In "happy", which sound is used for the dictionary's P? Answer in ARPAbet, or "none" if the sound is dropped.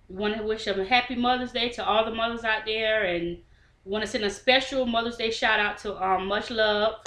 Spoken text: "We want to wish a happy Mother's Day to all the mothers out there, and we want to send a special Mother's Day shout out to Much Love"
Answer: P